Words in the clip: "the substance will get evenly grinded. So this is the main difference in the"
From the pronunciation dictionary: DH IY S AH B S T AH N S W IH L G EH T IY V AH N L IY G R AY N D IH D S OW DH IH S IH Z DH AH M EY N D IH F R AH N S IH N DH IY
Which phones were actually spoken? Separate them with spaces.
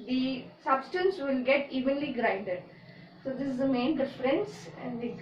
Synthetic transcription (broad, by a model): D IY S AH B S T AH N S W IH L G EH T IY V AH N L IY G R AY N D IH D S OW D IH S IH Z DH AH M EY N D IH F R AH N S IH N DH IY